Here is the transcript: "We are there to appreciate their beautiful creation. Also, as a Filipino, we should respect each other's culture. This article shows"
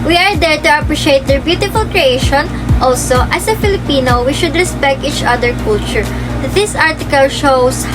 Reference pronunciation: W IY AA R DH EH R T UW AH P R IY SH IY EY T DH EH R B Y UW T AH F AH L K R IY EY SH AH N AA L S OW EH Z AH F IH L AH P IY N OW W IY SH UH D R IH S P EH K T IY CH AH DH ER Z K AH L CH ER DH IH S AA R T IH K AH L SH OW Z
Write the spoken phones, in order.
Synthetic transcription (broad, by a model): W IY AA R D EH R T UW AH P R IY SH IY EY T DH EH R B Y UW T AH F AH L K R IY EY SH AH N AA L S OW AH S AH F IH L AH P IY N OW W IY SH UH D R IH S P EH K T IY CH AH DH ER K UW L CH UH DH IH S AA R T IH K AH L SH OW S